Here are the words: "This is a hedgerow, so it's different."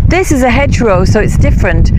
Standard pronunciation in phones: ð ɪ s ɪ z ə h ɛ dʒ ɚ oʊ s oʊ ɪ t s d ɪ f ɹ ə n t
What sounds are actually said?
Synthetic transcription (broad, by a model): ð ɪ s ɪ z ə h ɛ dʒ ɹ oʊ s oʊ ɪ t s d ɪ f ɹ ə n t